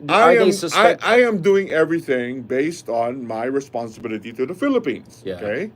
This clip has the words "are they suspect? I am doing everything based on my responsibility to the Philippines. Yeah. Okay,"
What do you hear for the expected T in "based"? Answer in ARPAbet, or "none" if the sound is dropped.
T